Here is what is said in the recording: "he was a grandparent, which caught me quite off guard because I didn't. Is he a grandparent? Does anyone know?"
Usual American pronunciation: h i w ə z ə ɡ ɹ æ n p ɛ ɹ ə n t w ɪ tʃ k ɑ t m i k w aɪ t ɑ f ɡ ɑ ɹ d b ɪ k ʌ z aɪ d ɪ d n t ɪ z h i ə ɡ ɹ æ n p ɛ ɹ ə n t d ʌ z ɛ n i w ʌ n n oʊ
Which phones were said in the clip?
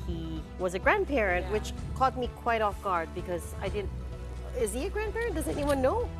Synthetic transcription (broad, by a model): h i w ə z ə ɡ ɹ æ n p ɛ ɹ ə n t w ɪ tʃ k ɑ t m i k w aɪ t ɑ f ɡ ɑ ɹ d b ɪ k ʌ z aɪ d ɪ d n t ɪ z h i ə ɡ ɹ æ n p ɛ ɹ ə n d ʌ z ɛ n i w ʌ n n oʊ